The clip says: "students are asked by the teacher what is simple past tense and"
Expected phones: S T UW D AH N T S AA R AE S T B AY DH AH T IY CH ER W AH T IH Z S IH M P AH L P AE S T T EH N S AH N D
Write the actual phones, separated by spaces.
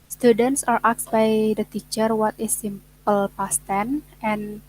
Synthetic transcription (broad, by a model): S T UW D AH N T S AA R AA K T B AY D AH T IY CH ER W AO T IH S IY M P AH L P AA S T T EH N AH N